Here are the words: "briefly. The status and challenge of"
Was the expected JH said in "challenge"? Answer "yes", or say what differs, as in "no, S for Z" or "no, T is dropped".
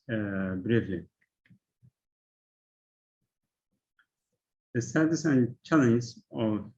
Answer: no, Z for JH